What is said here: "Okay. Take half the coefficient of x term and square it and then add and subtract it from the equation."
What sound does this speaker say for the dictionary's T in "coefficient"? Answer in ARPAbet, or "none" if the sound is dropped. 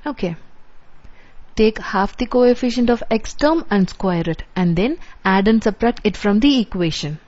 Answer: T